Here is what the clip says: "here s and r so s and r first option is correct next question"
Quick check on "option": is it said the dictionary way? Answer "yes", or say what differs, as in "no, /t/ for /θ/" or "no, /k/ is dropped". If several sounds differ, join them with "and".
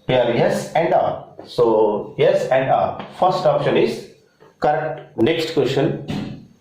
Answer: yes